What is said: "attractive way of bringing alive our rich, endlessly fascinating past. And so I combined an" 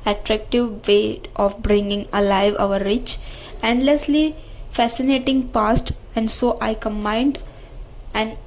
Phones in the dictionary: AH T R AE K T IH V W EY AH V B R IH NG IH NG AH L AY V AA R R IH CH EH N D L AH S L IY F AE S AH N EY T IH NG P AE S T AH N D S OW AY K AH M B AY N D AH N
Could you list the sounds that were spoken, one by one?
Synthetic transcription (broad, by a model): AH T R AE K T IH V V EY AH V B R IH NG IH NG AH L AY V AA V R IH CH EH N D L AH S L IY F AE S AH N EY T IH NG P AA S T AH N D S OW AY K AH M B AY N D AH N